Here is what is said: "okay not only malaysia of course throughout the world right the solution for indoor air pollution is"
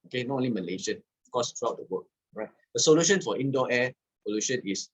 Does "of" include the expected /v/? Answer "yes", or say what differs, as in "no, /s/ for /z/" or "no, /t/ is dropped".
no, /f/ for /v/